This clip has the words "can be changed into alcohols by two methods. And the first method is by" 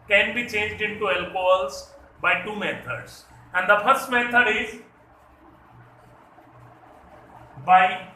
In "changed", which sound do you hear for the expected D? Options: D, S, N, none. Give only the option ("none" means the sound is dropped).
D